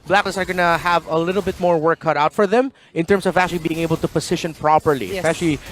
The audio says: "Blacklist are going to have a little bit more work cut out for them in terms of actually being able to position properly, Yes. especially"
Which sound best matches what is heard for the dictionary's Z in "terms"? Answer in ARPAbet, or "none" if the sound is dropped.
S